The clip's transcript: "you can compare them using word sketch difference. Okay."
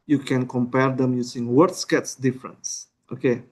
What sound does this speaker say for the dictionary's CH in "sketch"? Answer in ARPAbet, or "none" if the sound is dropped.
S